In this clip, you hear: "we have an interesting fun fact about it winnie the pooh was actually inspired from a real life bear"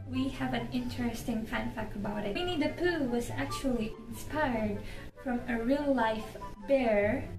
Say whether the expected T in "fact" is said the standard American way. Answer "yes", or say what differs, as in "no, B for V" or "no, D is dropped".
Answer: no, T is dropped